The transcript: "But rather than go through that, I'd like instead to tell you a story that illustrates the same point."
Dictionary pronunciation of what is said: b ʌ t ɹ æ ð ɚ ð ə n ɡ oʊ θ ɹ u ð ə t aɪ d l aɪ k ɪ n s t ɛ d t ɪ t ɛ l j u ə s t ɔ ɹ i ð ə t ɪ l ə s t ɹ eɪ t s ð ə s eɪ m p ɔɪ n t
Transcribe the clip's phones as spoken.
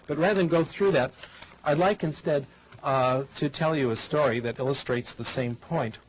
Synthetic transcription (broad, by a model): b ʌ t ɹ æ ð ɚ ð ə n ɡ oʊ θ ɹ u ð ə t aɪ d l aɪ k ɪ n s t ɛ d t ɪ t ɛ l j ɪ ə s t ɔ ɹ i ð ə t ɪ l ə s t ɹ eɪ t s ð ə s eɪ m p ɔɪ n t